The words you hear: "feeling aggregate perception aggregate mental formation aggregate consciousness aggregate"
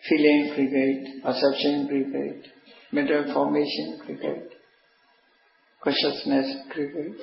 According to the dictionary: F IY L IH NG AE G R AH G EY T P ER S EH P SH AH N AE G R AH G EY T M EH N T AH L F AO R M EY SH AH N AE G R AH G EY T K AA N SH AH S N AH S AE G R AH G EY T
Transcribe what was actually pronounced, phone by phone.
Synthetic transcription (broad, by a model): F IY L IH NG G R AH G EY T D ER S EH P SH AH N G R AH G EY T M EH T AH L F AO R M EY SH AH N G R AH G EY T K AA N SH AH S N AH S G R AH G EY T